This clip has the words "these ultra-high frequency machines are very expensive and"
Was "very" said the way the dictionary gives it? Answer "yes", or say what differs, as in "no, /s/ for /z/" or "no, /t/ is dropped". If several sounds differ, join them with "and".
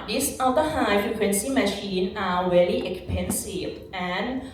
no, /l/ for /ɹ/